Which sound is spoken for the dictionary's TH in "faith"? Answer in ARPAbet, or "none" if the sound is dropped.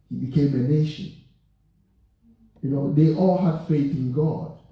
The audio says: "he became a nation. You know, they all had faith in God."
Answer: TH